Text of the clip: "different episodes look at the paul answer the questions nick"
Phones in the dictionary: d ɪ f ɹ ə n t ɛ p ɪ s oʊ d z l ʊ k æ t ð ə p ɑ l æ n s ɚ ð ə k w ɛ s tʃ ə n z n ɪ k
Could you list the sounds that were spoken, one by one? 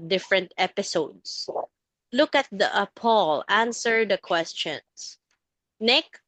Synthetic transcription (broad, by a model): d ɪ f ɹ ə n t ɛ p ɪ s oʊ d s l ʊ k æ t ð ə p ɑ l æ n s ɚ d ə k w ɛ s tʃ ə n s n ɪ k